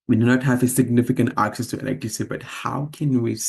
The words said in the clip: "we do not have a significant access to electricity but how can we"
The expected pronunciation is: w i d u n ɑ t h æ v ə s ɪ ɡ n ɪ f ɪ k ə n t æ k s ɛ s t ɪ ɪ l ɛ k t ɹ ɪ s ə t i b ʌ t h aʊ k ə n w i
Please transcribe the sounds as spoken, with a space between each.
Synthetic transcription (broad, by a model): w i d u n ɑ t h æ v ə s ɪ ɡ n ɪ f ɪ k ə n t æ k s ɛ s t ɪ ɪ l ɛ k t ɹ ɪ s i b ʌ t h aʊ k ə n w i